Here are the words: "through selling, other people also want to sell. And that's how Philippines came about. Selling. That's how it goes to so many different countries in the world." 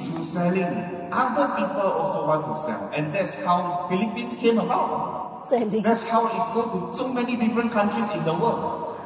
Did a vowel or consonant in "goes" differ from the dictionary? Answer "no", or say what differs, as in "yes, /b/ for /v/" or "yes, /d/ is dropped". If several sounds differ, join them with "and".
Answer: yes, /z/ is dropped